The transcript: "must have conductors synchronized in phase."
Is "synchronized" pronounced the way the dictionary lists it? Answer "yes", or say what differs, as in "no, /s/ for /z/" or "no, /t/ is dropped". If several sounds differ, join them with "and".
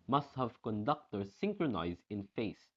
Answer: yes